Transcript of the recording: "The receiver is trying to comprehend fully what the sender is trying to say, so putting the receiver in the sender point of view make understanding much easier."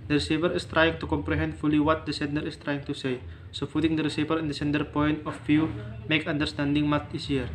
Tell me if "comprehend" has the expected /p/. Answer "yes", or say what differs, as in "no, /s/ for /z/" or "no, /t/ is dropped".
yes